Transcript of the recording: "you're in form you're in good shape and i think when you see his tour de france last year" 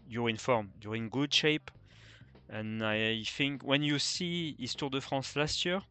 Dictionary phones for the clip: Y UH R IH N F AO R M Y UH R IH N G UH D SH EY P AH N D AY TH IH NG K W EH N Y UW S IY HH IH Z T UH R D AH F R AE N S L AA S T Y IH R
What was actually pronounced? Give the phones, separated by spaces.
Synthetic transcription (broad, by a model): Y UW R IH N F AO R M Y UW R IH N G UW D SH EY P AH N AY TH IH NG K W EH N Y UW S IY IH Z T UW R D AH F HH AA S L AA S T Y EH R